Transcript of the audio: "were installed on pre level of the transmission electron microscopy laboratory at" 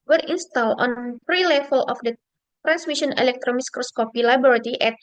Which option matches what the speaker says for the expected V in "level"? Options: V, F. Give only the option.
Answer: F